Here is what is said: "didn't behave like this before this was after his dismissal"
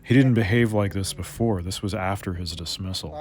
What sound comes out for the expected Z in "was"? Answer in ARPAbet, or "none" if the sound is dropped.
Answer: Z